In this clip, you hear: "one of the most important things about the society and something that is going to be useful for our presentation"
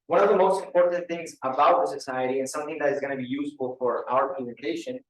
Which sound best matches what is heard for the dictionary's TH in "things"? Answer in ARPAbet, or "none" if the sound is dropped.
TH